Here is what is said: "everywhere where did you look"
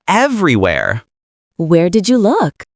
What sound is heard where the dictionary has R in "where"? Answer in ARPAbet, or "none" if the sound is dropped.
R